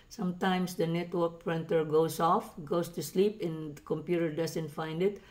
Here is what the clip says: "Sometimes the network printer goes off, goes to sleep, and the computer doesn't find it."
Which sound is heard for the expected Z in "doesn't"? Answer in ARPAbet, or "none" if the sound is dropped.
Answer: S